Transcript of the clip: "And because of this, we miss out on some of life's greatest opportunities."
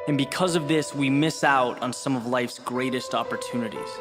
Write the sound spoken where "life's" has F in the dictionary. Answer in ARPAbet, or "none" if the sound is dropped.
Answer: F